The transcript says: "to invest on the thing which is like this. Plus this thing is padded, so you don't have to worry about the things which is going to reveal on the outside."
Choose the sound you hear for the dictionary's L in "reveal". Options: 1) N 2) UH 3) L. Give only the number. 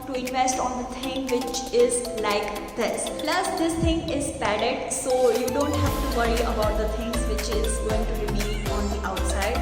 1